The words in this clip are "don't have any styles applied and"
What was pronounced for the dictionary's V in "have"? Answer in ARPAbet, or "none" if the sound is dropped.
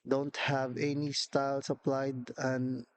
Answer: V